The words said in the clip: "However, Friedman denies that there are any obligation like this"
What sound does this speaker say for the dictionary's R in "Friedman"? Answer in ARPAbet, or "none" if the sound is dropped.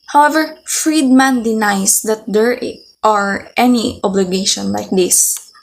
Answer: R